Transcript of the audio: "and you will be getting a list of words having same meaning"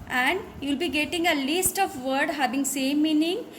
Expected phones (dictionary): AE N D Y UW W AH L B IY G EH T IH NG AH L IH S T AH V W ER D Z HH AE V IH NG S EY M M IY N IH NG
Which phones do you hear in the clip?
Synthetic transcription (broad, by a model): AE N D Y UW L B IY G EH T IH NG AH L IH S T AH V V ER D HH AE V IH NG S EY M M IY N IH NG